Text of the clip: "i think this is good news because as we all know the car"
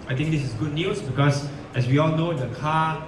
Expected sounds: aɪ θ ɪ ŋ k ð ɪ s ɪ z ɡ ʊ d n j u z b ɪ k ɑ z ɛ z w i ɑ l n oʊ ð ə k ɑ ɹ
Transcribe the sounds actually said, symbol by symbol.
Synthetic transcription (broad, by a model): aɪ t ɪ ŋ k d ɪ s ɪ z ɡ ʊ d n j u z b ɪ k ɑ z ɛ s w i ɑ l n oʊ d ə k ɑ